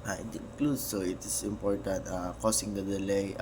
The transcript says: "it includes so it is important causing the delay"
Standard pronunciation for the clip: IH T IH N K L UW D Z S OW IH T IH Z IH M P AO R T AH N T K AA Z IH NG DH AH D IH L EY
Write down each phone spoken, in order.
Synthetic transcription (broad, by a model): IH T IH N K L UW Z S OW IH T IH S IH M P AO R T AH N T K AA S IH NG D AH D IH L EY